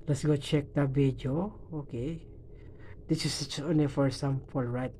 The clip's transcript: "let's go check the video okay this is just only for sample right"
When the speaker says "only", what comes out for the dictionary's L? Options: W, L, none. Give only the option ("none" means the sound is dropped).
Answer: none